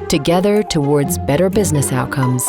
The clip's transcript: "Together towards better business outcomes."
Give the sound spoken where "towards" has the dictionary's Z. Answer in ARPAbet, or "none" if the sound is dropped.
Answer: Z